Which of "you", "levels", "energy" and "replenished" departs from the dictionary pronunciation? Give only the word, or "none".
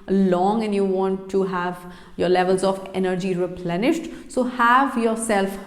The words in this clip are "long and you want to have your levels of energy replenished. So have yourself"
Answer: none